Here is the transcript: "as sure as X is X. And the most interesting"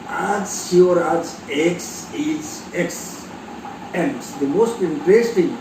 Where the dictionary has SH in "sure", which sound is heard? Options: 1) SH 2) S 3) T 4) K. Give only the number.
2